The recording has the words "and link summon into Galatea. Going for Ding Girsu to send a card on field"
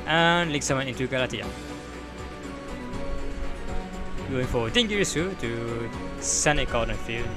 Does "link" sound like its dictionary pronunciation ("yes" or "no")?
no